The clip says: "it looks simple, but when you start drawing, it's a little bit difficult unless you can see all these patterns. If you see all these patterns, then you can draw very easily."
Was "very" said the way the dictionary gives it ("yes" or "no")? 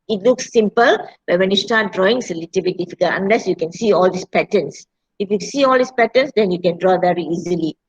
yes